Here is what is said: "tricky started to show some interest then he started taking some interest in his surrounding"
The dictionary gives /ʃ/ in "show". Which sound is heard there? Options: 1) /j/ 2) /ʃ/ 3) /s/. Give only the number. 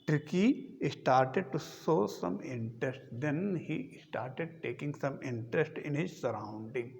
3